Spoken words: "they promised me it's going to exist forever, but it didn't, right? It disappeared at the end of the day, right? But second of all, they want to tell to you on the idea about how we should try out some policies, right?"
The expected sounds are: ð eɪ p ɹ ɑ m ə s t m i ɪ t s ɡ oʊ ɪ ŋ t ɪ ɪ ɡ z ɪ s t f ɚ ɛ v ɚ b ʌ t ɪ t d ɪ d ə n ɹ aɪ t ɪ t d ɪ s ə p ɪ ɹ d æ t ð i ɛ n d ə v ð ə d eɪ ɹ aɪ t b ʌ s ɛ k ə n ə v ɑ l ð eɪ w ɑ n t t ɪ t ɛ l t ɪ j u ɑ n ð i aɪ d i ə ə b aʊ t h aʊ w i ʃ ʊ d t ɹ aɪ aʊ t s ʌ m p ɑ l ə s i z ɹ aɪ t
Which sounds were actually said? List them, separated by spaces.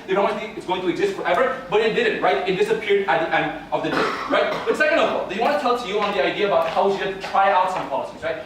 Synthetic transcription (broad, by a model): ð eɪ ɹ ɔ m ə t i ɪ t s ɡ oʊ ɪ ŋ t ɪ ɪ ɡ z ɪ s t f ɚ ɛ v ɚ b ʌ t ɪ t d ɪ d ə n ɹ aɪ t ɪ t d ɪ s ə p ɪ ɹ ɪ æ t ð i ɛ n d ə v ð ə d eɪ ɹ aɪ t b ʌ s ɛ k ə n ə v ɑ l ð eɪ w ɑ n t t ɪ t ɛ l t ɪ j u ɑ n ð i aɪ d i ə ə b aʊ t h aʊ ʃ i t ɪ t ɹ aɪ aʊ t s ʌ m p ɑ l ə s i z ɹ aɪ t